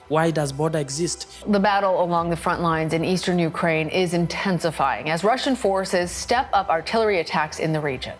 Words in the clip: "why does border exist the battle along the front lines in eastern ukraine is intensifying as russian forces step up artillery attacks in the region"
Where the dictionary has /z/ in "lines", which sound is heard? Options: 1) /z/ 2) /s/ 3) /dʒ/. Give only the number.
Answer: 1